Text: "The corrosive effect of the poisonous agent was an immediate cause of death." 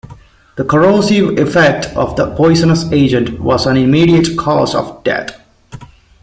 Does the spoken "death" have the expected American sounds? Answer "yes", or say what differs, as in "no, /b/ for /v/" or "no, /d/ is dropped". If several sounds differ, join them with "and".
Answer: no, /t/ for /θ/